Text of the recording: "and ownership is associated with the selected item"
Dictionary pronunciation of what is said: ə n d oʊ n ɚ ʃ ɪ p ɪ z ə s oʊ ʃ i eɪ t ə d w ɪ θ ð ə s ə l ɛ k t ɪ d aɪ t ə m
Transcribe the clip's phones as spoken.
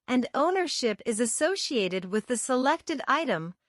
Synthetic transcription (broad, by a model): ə n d oʊ n ɚ ʃ ɪ p ɪ z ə s oʊ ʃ i eɪ t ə d w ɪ ð ə s ə l ɛ k t ɪ d aɪ t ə m